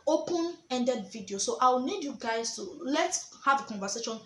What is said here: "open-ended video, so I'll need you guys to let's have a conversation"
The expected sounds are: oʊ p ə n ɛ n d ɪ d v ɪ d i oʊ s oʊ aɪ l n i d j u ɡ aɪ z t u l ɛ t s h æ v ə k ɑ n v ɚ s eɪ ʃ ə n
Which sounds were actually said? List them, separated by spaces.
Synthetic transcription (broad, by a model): oʊ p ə n ɛ n d ɪ d v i d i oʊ s oʊ aɪ w n i d j u ɡ aɪ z t u l ɛ t s h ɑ v ə k ɑ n v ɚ s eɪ ʃ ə n